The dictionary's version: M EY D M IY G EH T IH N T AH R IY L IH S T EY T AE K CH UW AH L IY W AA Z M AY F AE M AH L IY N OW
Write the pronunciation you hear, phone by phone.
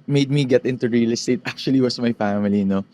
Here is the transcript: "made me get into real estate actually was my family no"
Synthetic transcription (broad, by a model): M EY D M IY G EH T IH N T AH R IY L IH S T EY T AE K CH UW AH L IY W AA S M AY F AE M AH L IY N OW